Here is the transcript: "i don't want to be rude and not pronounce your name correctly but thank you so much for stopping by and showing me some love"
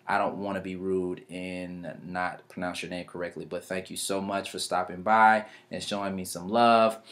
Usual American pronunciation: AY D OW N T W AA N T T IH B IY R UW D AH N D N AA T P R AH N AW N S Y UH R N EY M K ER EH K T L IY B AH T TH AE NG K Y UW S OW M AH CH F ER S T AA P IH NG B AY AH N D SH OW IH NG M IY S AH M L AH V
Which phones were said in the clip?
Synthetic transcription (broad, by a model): AY D OW N T W AA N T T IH B IY R UW D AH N N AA T P R AH N AW N S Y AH R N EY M K ER EH K T L IY B AH T TH AE NG K Y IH S OW M AH CH F ER S T AA P IH NG B AY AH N SH OW IH NG M IY S AH M L AH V